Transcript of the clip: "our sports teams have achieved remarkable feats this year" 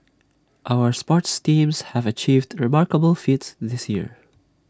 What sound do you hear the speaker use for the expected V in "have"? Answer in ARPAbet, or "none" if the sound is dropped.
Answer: V